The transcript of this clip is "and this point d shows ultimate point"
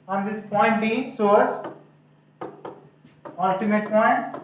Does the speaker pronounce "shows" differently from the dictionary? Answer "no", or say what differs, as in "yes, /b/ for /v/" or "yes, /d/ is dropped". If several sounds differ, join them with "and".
yes, /s/ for /ʃ/